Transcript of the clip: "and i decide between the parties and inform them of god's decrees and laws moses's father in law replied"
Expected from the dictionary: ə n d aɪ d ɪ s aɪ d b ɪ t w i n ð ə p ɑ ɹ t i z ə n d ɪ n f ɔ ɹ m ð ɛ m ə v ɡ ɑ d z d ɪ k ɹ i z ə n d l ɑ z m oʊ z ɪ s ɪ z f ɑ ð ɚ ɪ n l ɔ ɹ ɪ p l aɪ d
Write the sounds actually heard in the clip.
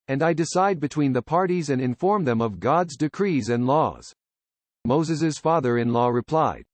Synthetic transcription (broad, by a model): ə n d aɪ d ɪ s aɪ d b ɪ t w i n ð ə p ɑ ɹ t i z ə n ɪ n f ɔ ɹ m ð ɛ m ə v ɡ ɑ d z d ɪ k ɹ i z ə n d l ɑ z m oʊ z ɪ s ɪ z f ɑ ð ɚ ɪ n l ɔ ɹ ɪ p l aɪ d